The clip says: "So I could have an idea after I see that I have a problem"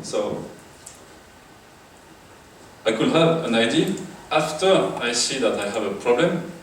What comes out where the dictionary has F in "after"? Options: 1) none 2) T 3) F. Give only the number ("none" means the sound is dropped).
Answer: 3